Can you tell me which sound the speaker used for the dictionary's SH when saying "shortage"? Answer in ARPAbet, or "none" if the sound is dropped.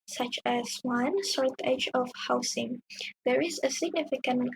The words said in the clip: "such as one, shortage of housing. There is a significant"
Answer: S